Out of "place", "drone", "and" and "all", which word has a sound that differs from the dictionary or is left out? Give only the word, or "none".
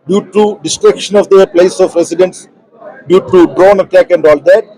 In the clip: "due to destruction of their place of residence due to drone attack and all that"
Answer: none